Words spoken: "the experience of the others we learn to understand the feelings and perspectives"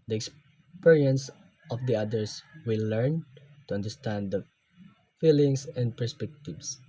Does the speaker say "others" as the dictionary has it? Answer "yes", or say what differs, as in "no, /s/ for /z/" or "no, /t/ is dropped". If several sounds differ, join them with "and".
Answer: no, /s/ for /z/